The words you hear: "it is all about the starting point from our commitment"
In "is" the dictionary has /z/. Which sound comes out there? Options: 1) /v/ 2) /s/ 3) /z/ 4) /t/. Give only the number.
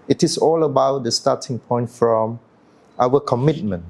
2